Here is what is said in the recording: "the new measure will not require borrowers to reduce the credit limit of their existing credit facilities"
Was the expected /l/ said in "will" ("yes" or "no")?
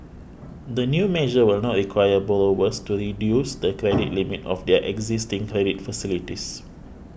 yes